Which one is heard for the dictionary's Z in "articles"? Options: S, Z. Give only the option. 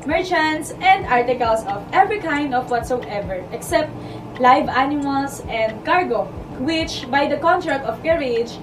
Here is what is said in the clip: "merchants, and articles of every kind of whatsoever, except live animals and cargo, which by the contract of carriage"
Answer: S